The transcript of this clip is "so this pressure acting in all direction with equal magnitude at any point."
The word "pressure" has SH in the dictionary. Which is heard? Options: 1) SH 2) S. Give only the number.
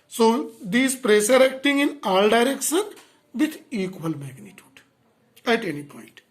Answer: 2